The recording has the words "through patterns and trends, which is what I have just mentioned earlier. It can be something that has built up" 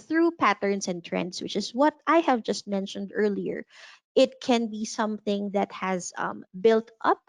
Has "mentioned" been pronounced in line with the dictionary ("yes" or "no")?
yes